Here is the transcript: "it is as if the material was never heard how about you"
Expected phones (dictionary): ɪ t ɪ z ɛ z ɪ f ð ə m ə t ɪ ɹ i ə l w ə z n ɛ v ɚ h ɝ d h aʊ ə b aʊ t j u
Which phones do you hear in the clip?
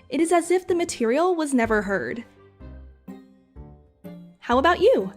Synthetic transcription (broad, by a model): ɪ t ɪ z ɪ z ɪ f ð ə m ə t ɪ ɹ i l w ə z n ɛ v ɚ h ɝ d h aʊ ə b aʊ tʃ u